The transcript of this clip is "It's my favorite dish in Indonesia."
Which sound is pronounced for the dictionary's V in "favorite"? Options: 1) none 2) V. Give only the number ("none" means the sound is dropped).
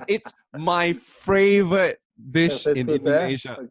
2